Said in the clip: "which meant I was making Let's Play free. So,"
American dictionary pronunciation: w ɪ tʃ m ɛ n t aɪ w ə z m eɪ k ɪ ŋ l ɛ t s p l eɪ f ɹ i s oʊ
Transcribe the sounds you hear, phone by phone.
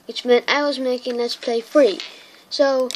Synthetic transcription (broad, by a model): w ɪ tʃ m ɛ n t aɪ w ə z m eɪ k ɪ ŋ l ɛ t s p l eɪ f ɹ i s oʊ